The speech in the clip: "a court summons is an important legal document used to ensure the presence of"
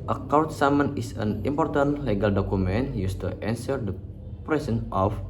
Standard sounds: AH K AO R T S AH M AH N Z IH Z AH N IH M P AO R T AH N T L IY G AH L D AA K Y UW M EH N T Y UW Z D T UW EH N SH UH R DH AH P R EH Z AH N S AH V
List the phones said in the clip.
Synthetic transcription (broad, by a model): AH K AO W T S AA M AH N IH S AH N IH M P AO R T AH N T L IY G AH L D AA K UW M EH N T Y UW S T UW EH N S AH R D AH P R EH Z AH N AH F